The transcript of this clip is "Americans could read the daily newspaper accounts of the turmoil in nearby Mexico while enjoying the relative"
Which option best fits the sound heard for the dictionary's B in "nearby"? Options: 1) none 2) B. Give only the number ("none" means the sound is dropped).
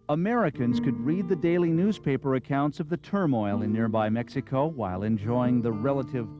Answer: 2